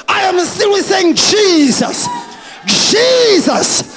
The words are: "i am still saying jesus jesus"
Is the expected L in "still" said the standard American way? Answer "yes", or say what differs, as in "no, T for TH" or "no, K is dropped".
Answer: no, N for L